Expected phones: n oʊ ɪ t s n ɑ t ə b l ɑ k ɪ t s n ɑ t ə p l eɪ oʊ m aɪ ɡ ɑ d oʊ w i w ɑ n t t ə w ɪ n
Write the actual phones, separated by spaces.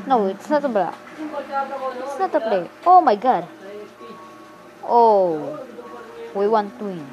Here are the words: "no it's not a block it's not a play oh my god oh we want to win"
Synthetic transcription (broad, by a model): n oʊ ɪ t s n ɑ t ə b ɑ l ɪ t s n ɑ t ə p l eɪ oʊ m aɪ ɡ ɑ d oʊ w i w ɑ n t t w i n